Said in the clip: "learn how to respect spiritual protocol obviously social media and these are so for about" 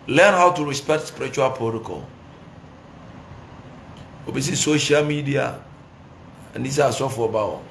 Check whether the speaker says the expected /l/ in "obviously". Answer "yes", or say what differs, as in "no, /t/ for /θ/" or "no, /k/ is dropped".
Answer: no, /l/ is dropped